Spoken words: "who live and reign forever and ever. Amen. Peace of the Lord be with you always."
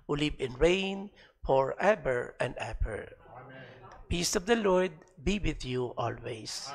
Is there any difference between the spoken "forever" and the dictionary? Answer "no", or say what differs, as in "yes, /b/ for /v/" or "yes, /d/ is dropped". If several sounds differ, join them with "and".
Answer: yes, /b/ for /v/